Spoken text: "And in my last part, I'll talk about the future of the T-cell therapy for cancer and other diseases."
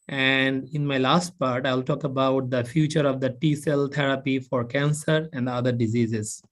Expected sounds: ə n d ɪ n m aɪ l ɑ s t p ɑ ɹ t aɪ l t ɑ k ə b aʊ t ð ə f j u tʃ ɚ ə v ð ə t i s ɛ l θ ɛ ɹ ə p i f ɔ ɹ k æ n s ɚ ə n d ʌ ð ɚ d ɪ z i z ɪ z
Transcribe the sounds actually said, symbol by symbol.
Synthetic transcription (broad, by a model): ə n d ɪ n m aɪ l ɑ s t p ɑ ɹ t aɪ l t ɑ k ə b aʊ t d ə f j u tʃ ɚ ə v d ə t i s ɛ l t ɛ ɹ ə p i f ɔ ɹ k æ n s ɚ ə n d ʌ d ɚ d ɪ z i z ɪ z